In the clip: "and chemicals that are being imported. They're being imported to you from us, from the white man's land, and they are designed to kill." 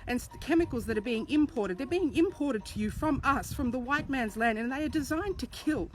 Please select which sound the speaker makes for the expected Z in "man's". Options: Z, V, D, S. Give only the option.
Z